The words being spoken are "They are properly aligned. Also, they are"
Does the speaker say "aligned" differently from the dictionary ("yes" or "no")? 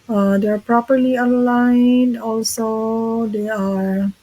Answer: yes